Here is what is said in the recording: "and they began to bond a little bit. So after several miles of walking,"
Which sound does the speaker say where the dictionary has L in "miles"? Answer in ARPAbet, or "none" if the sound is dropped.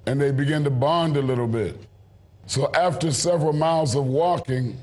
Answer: L